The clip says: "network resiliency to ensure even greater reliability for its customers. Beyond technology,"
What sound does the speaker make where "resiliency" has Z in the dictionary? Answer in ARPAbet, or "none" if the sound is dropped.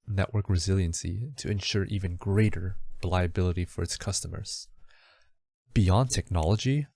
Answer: Z